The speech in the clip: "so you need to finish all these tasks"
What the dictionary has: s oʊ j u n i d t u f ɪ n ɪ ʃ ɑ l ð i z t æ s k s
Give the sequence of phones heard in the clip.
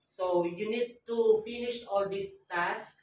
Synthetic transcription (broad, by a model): s oʊ j u n i d t u f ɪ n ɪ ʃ ɑ l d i s t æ s k